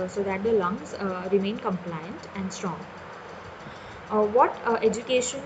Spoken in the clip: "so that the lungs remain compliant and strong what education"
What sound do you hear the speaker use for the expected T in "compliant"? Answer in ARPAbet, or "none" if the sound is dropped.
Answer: T